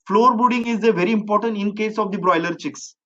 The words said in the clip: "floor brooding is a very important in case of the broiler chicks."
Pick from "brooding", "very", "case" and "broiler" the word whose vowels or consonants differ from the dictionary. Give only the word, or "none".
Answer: brooding